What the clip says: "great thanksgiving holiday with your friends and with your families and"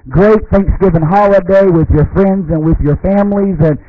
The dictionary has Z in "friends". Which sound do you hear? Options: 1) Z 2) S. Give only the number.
1